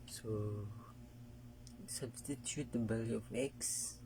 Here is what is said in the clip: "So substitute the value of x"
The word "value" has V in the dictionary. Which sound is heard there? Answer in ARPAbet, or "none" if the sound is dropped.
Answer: B